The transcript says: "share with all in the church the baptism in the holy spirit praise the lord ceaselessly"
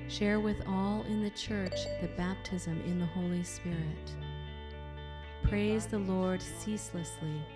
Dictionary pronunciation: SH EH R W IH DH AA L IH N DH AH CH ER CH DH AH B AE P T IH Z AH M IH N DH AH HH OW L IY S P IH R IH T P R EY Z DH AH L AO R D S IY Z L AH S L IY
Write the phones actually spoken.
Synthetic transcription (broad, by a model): SH EH R W IH DH AA L IH N DH AH CH ER CH DH AH B AE P T IH Z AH M IH N DH AH HH OW L IY S P IH R IH T P R EY Z DH AH L AO R D S IY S L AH S L IY